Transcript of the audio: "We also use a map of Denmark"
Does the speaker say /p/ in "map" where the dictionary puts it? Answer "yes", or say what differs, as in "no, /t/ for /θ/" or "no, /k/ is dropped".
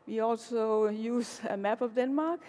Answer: no, /b/ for /p/